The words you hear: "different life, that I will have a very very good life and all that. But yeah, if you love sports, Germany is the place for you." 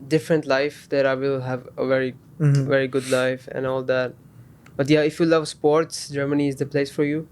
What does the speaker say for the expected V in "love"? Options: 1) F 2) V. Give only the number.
2